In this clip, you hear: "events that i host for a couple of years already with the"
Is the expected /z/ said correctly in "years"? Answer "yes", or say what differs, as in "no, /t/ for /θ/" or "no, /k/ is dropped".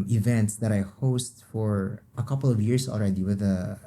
no, /s/ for /z/